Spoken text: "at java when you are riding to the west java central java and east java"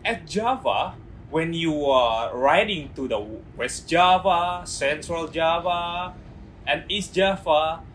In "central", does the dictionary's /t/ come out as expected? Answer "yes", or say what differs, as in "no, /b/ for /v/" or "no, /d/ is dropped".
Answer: no, /s/ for /t/